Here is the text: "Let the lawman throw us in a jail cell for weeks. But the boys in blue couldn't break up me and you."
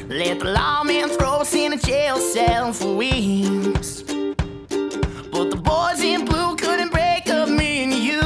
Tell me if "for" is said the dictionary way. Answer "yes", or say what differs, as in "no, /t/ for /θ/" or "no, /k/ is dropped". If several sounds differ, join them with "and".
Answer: yes